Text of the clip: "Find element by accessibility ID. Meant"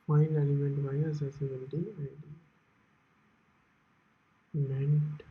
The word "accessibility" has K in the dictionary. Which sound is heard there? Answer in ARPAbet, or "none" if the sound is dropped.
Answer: none